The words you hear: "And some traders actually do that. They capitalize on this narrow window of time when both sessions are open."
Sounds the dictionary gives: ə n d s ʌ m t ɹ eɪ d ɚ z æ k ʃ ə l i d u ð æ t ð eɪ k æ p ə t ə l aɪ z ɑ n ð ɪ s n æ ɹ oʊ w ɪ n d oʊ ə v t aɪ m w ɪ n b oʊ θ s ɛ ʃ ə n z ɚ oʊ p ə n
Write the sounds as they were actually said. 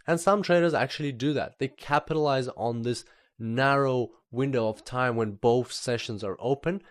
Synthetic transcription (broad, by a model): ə n s ʌ m t ɹ eɪ d ɚ z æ k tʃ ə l i d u ð æ t ð eɪ k æ p ə t ə l aɪ z n ð ɪ s n æ ɹ oʊ w ɪ n d oʊ ə v t aɪ m w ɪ n b oʊ θ s ɛ ʃ ə n z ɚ oʊ p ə n